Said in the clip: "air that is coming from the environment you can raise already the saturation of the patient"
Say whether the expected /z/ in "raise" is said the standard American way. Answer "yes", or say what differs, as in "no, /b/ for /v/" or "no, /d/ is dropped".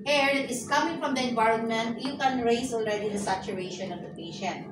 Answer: no, /s/ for /z/